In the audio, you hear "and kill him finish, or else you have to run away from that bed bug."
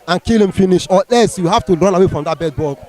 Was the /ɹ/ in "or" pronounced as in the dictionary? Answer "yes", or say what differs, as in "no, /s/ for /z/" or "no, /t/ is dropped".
no, /l/ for /ɹ/